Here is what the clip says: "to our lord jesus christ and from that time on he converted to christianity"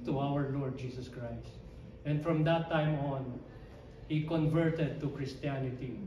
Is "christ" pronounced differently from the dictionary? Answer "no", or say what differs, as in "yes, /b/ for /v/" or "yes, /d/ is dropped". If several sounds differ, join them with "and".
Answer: no